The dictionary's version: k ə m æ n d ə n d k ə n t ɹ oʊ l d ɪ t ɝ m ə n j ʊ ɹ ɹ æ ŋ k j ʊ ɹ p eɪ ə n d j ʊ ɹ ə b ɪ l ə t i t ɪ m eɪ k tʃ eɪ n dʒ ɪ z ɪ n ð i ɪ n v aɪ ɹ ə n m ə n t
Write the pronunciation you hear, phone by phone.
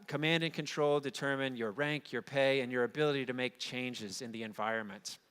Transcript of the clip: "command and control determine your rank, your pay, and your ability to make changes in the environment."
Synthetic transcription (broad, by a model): k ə m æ n d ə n k ə n t ɹ oʊ l d ɪ t ɝ m ə n j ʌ ɹ ɹ æ ŋ k j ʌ ɹ p eɪ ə n j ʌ ɹ ə b ɪ l ə t i t ɪ m eɪ k tʃ eɪ n dʒ ɪ z ɪ n ð i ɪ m v aɪ ɹ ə n m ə n t